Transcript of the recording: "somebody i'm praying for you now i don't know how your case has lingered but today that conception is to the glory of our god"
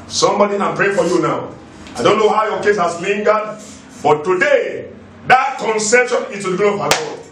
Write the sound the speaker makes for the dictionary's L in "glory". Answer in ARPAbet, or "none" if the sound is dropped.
none